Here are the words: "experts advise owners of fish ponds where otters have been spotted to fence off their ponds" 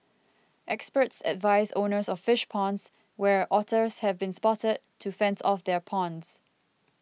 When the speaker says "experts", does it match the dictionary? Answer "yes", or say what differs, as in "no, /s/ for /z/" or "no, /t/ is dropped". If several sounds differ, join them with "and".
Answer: yes